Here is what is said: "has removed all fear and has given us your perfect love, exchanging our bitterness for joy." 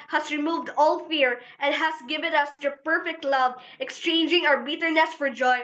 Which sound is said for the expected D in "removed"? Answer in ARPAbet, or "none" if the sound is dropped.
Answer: D